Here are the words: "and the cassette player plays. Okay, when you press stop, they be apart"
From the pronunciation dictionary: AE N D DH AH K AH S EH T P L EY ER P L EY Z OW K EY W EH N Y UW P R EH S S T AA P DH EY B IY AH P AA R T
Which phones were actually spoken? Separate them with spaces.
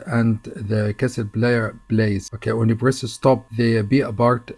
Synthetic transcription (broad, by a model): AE N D DH AH K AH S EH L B L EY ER B L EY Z OW K EY W EH N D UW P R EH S S T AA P DH EY B IY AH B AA R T